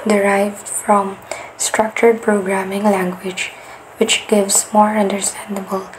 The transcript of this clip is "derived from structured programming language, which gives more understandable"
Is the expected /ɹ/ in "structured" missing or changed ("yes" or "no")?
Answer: no